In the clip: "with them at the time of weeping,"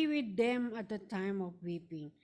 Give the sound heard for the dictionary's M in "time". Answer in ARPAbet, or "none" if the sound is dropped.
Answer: M